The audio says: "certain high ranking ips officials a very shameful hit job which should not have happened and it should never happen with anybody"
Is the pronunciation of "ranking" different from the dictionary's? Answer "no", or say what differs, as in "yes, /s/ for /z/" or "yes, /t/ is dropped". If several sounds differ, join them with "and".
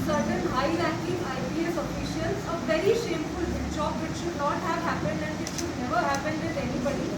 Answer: yes, /l/ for /ɹ/